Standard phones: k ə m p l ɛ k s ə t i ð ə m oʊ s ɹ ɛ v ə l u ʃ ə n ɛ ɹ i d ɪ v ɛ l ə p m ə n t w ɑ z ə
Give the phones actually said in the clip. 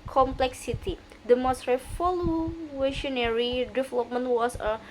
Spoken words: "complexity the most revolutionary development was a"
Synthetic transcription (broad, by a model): k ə m p l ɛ k s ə t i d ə m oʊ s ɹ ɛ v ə l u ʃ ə n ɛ ɹ i d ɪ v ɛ l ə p m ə n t w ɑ s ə